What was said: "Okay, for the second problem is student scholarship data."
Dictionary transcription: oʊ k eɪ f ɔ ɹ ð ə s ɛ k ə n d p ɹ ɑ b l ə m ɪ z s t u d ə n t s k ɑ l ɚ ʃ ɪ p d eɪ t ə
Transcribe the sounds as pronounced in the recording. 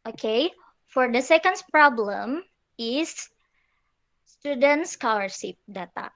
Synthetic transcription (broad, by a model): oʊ k eɪ f ɔ ɹ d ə s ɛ k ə n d p ɹ ɑ b l ə m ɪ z s t u d ə n t s k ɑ w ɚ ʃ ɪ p d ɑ t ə